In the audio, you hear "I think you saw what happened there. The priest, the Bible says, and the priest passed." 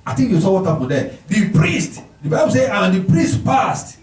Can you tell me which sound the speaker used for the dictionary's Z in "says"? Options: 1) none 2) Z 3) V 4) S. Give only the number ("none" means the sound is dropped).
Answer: 1